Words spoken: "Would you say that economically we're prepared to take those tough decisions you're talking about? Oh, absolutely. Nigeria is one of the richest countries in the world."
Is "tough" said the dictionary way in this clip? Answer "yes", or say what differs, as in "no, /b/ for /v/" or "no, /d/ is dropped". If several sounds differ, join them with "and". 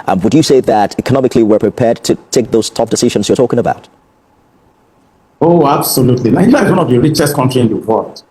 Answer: no, /p/ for /f/